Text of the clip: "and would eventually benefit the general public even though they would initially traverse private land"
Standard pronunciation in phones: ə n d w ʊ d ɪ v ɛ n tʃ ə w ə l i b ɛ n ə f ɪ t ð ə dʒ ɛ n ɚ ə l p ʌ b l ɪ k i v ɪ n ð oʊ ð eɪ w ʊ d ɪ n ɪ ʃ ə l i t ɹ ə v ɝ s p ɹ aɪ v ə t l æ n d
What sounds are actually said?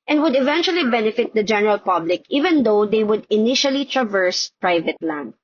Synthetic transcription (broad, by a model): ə n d w ʊ d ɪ v ɛ n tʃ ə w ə l i b ɛ n ə f ɪ t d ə dʒ ɛ n ɚ ə l p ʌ b l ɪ k i v ɪ n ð oʊ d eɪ w ʊ d ɪ n ɪ ʃ ə l i t ɹ ə v ɝ s p ɹ aɪ v ə t l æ n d